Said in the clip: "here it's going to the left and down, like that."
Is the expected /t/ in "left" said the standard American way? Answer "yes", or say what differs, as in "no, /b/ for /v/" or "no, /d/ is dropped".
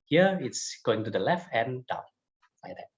yes